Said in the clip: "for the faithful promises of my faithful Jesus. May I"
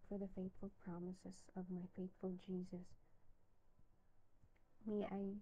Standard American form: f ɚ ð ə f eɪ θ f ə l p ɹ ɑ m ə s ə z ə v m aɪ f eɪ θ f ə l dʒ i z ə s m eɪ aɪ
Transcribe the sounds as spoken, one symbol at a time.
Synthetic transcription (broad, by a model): f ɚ ð ə f eɪ θ f ə l p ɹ ɑ m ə s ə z ə v m aɪ f eɪ θ f ə l dʒ i z ə s m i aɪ